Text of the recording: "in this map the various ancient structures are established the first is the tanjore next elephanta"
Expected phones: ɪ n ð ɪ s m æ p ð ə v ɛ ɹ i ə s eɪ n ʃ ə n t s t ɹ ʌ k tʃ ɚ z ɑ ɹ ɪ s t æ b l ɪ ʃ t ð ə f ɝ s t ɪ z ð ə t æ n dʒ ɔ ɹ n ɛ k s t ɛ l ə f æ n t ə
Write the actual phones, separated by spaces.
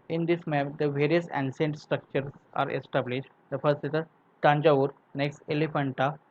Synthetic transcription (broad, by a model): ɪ n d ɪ s m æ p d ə v ɛ ɹ i ə s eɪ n s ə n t s t ɹ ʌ k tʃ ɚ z ɑ ɹ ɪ s t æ b l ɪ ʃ t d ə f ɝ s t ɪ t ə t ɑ n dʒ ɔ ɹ n ɛ k s t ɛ l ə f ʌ n t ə